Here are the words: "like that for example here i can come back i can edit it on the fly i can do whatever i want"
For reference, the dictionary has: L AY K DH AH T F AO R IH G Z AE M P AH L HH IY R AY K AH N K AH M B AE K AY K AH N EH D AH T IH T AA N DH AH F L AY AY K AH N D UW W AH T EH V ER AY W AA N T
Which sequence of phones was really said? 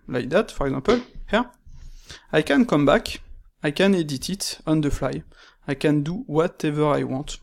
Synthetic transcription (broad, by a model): L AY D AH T F AO R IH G Z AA P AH L HH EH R AY K AH N K AH M B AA K AY K AH N EH D AH T IH T AA N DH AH F L AY AY K AH N D UW W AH T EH V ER AY W AA T